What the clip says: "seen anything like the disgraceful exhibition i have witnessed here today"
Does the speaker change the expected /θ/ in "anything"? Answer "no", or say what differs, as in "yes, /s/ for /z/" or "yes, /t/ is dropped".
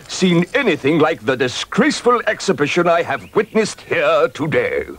no